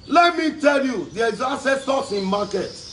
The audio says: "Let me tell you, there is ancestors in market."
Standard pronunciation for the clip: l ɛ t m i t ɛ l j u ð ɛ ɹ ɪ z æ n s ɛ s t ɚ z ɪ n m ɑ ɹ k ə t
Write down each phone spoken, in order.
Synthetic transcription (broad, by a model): l ɛ t m i t ɛ l j u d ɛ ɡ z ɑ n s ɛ s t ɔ s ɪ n m ɑ k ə t